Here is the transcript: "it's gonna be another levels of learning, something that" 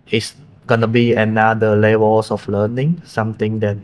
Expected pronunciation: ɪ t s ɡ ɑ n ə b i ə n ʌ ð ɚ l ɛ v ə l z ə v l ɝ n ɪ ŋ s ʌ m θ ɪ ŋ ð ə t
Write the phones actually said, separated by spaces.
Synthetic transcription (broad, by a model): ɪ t s ɡ ɑ n ə b i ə n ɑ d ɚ l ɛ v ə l s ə f l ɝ n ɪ ŋ s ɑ m t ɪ ŋ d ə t